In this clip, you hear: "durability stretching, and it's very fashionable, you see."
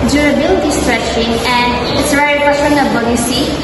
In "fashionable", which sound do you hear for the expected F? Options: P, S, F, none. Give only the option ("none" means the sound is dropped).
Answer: P